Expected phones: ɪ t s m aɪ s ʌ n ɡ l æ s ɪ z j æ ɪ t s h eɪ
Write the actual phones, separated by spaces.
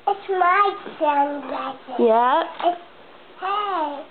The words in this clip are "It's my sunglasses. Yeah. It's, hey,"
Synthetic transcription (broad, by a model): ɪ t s m aɪ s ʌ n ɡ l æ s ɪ j æ ɪ t s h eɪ